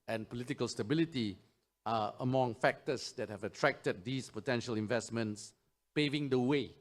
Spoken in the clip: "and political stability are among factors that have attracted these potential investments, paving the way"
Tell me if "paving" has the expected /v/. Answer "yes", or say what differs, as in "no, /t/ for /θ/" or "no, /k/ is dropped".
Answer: yes